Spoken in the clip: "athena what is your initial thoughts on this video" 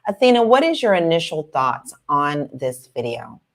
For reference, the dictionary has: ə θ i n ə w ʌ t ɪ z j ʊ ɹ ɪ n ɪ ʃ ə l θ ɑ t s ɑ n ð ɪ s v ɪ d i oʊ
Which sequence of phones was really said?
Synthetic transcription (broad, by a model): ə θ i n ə w ʌ t ɪ z j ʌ ɹ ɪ n ɪ ʃ l θ ɑ t s n ð ɪ s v ɪ d i oʊ